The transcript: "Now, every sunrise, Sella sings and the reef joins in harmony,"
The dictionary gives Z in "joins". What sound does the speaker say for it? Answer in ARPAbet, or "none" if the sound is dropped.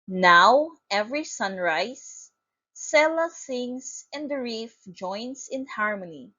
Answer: S